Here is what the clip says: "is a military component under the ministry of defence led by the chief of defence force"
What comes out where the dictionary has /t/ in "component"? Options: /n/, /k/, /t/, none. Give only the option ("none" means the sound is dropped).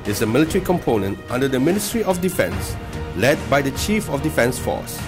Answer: /t/